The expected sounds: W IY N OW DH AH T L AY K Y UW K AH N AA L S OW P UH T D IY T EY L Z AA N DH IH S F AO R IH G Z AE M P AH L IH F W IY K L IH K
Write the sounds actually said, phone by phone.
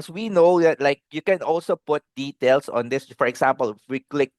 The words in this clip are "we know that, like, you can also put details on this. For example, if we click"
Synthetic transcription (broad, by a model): W IY N OW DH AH T L AY K Y UW K AH N AA L S OW P UH T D IY T EY L S AA N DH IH S F AO R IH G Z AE M P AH L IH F W IY K L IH K